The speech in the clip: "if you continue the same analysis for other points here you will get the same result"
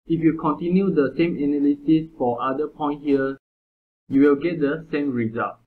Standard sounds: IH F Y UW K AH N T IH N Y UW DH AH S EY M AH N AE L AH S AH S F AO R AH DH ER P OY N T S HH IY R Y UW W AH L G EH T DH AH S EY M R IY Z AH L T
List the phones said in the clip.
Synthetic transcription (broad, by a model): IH F Y UW K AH N T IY N Y UW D AH S EY M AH N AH L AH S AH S F AO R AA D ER P OY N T HH IY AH Y UW W AH L G EH T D AH S EY M R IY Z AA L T